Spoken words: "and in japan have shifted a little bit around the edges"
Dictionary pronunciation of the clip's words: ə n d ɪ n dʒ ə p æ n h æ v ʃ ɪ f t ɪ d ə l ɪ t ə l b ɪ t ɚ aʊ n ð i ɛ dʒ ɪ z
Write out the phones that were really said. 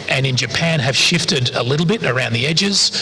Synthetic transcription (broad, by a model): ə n ɪ n dʒ ə p æ n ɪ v ʃ ɪ f t ɪ d ə l ɪ t l b ɪ t ɚ aʊ n ð i ɛ dʒ ɪ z